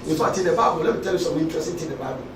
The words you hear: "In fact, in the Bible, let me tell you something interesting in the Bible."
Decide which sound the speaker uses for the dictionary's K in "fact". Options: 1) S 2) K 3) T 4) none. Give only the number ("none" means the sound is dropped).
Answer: 4